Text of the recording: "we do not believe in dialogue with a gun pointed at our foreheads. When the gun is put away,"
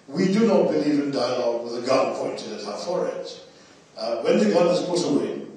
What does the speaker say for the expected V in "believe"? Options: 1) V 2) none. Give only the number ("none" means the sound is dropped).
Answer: 1